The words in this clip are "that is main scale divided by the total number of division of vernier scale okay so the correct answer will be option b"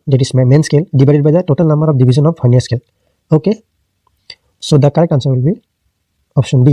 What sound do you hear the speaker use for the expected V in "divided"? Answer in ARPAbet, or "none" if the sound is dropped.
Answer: B